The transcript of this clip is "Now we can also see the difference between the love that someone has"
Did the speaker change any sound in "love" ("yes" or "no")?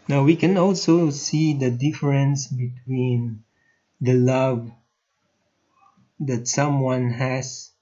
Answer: no